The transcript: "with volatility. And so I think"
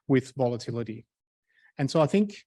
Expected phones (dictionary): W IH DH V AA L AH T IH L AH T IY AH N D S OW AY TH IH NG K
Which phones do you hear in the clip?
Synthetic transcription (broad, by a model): W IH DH V AA L AH T IH L AH T IY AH N S OW AY TH IH NG K